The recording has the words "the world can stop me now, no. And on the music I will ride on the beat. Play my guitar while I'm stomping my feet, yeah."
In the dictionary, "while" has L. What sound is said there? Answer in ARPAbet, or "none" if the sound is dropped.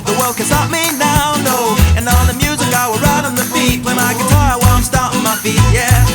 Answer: W